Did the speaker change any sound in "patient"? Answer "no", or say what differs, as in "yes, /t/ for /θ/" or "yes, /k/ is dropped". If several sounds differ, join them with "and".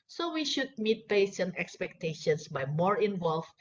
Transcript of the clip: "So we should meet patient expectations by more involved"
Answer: yes, /t/ is dropped